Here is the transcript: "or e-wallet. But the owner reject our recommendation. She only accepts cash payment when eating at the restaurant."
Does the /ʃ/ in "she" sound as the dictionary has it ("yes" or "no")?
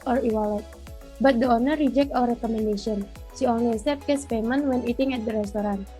no